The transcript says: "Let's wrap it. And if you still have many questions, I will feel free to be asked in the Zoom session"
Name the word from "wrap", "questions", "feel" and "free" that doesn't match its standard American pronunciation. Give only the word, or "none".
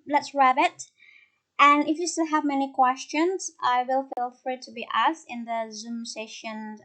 wrap